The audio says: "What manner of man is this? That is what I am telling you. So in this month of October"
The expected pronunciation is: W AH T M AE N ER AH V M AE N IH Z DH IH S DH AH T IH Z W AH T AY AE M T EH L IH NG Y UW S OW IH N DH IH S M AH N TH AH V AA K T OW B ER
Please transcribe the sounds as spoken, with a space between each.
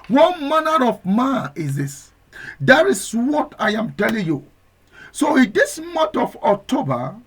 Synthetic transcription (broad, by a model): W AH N M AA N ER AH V M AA IH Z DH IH S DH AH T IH S W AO T AY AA M T EH L IH NG Y UW S OW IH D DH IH S M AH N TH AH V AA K T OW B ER